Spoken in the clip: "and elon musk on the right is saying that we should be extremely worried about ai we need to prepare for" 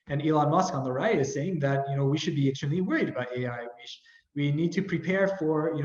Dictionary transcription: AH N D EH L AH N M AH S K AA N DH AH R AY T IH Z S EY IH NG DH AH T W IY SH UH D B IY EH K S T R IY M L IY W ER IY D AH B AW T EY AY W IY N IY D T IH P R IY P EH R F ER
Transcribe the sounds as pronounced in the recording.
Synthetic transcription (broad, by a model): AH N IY L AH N M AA S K AA N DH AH R AY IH IH Z S EY IH NG DH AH T W IY SH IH D B IY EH S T AH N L IY W ER IY D AH B AW T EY AY W IY N IY D T IH P R IY P EH R F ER